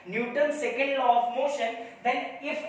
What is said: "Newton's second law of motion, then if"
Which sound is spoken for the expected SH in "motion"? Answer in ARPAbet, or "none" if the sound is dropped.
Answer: SH